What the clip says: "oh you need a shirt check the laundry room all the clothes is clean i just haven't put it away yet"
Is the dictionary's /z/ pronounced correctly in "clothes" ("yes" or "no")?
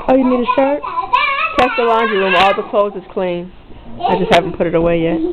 yes